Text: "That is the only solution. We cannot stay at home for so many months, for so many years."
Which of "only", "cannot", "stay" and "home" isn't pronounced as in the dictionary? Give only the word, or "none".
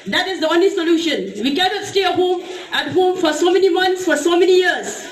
none